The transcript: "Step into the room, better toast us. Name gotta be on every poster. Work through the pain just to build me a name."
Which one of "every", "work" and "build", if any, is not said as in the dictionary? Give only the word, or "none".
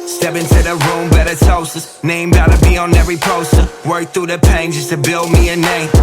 none